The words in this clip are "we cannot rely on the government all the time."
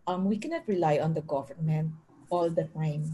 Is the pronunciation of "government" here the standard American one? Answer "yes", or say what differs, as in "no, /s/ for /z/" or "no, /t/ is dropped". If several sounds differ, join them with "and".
no, /t/ is dropped